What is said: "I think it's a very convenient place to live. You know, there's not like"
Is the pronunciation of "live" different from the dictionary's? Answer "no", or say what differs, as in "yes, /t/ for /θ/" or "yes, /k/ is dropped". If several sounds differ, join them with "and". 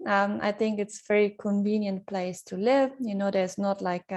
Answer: no